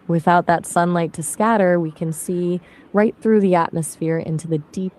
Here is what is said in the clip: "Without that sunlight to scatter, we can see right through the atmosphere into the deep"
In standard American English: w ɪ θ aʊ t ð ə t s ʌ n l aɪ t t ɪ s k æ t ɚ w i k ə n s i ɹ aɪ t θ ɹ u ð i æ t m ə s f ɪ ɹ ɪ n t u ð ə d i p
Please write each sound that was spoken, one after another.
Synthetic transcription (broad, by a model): w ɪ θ aʊ t ð ə t s ʌ n l aɪ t t ɪ s k æ t ɚ w i k ə n s i ɹ aɪ t θ ɹ u ð i æ t m ə s f ɪ ɹ ɪ n t u ð ə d i p